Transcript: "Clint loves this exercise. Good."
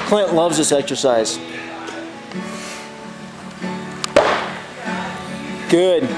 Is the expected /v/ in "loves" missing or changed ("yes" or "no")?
no